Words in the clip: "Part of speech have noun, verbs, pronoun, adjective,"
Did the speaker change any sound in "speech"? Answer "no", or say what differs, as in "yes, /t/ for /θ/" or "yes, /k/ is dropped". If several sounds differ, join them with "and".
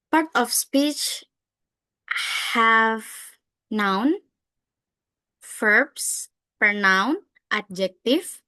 no